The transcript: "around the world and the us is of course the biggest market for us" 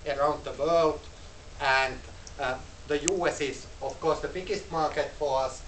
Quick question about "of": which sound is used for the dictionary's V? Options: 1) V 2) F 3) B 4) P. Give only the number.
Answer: 2